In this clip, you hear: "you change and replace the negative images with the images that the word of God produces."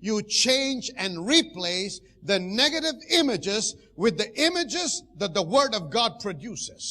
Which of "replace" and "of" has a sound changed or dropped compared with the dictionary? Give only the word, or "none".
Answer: none